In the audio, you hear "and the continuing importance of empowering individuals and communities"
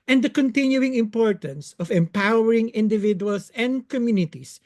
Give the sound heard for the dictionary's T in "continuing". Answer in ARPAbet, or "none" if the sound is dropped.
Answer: T